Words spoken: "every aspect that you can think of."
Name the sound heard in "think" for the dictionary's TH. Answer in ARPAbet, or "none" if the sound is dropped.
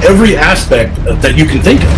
TH